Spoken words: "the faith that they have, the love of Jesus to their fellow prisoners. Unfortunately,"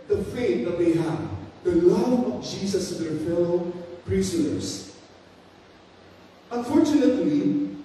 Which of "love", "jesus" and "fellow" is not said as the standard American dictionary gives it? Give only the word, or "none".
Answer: jesus